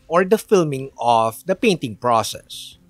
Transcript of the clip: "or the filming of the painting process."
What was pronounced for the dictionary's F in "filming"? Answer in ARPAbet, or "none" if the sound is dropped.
F